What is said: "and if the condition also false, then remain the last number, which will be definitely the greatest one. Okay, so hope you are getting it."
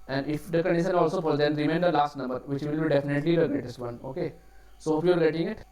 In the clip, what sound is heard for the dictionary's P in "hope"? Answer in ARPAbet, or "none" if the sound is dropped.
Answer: F